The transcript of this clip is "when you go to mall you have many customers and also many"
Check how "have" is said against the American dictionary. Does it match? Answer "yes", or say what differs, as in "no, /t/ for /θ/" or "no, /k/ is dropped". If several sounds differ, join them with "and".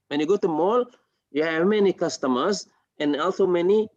yes